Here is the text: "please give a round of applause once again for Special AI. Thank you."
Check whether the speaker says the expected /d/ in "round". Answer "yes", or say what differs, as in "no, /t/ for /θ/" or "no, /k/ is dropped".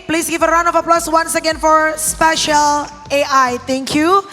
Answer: no, /d/ is dropped